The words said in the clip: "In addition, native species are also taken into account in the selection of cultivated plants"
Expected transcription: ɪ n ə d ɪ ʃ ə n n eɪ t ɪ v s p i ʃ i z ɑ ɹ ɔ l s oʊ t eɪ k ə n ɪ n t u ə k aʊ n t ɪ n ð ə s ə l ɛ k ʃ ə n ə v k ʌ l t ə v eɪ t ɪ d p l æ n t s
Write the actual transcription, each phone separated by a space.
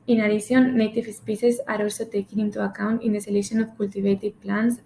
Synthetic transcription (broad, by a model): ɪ n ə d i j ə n n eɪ t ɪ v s p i s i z ɑ ɹ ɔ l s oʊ t eɪ k ə n ɪ n t u ə k aʊ n t ɪ n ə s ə l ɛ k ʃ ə n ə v k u l t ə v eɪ t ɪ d p l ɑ n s